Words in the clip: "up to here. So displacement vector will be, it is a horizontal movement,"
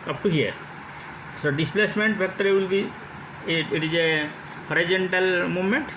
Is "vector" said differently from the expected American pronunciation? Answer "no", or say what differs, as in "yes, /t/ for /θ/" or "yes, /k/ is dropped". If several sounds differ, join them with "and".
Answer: yes, /p/ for /v/